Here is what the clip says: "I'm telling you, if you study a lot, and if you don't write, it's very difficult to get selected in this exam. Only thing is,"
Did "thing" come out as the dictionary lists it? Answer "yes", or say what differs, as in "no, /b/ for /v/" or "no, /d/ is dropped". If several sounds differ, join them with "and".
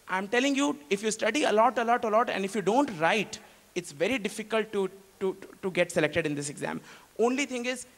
no, /t/ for /θ/